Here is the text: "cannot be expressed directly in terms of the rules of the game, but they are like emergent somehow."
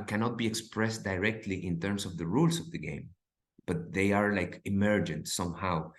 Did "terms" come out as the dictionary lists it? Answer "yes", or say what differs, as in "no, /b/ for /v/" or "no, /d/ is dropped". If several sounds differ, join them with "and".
no, /s/ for /z/